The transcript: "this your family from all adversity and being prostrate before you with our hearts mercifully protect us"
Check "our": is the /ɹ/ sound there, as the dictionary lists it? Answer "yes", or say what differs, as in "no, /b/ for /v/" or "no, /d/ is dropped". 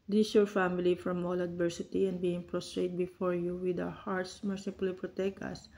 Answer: no, /w/ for /ɹ/